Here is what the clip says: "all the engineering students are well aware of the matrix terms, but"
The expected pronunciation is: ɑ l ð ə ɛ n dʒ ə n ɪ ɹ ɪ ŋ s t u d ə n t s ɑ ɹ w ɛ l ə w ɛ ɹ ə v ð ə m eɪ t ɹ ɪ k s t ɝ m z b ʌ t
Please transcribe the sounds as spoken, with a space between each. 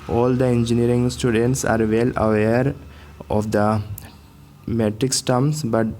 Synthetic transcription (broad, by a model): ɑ l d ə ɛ n dʒ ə n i ɹ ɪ ŋ s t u d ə n t s ɑ ɹ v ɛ l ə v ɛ ɹ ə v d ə m eɪ t ɹ ɪ k s t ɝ m s b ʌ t